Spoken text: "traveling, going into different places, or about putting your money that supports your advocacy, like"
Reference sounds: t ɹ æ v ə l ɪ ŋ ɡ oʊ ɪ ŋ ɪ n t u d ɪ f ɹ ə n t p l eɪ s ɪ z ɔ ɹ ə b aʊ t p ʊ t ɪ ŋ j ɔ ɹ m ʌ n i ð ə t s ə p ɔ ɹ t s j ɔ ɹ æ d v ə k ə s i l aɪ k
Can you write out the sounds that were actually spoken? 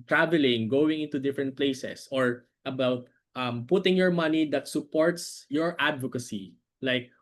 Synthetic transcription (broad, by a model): t ɹ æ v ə l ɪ ŋ ɡ oʊ ɪ ŋ ɪ n t u d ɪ f ɹ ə n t p l eɪ s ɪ s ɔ ɹ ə b aʊ t p ʊ t ɪ ŋ j ɔ ɹ m ʌ n i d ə t s ə p ɔ ɹ t s j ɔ ɹ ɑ d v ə k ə s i l aɪ k